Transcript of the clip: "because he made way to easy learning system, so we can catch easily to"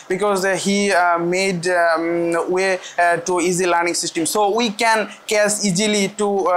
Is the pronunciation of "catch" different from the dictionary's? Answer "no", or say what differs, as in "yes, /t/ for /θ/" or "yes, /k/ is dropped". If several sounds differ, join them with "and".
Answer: yes, /s/ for /tʃ/